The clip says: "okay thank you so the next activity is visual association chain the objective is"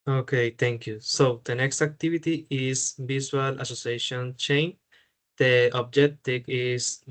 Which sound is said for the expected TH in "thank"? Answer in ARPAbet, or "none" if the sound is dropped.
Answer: T